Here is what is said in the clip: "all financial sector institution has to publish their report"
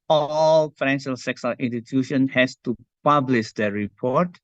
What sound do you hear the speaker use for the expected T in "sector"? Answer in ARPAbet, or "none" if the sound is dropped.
S